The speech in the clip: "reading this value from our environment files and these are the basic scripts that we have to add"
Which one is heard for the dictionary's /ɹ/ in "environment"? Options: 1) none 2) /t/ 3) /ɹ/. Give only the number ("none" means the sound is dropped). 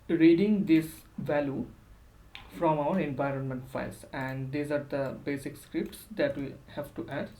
3